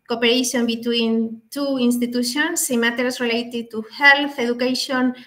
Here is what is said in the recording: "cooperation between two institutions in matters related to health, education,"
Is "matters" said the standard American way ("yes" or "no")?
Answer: no